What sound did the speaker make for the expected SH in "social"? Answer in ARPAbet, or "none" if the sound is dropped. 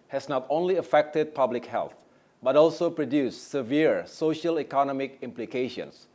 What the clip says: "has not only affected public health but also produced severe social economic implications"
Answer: SH